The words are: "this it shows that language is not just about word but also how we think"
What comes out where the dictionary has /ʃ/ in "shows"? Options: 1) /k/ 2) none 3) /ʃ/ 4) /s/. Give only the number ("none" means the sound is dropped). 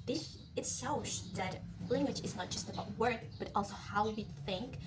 4